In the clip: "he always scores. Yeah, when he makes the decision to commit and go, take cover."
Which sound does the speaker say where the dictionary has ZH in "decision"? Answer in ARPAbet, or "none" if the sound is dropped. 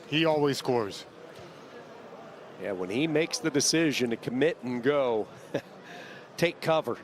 ZH